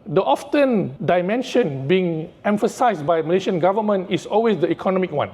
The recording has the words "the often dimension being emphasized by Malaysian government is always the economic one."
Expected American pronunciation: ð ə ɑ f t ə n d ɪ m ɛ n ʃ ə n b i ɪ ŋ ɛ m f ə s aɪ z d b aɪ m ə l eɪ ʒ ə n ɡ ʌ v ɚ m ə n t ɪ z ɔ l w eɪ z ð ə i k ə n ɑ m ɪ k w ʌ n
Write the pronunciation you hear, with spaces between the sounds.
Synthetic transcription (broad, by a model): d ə ɑ f t ə n d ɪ m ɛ n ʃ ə n b i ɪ ŋ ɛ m f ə s aɪ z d b aɪ m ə l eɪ ʃ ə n ɡ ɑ v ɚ m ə n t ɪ s ɔ l w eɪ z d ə i k ə n ɑ m ɪ k w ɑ n